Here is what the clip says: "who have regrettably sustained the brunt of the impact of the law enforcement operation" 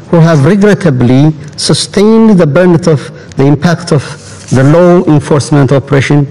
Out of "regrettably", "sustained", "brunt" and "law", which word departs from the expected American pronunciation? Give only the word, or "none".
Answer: brunt